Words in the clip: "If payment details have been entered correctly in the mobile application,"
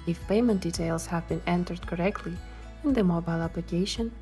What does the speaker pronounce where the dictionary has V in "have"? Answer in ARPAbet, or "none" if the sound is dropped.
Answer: V